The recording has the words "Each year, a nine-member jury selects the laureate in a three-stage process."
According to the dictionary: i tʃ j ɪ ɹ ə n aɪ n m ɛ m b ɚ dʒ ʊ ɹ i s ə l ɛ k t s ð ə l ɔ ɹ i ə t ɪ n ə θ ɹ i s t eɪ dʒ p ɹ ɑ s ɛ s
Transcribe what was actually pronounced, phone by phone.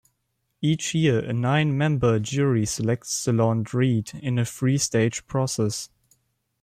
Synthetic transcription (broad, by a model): i tʃ j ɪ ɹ ə n aɪ n m ɛ m b ɚ dʒ ʊ ɹ i s ə l ɛ k t s ð ə l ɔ ɹ i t ɪ n ə f ɹ i s t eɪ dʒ p ɹ ɑ s ɛ s